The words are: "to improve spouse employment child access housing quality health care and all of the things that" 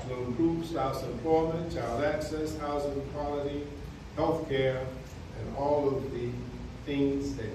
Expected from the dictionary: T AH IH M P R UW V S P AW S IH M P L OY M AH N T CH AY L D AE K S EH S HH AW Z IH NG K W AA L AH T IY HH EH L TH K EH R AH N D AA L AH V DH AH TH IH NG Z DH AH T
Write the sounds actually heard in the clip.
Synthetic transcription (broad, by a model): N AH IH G R UW P S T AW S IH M P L OY M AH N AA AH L AE K S EH S HH AW Z IH NG K W AA L AH T IY HH EH L TH K EH R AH N AA L AH V DH AH TH IH NG Z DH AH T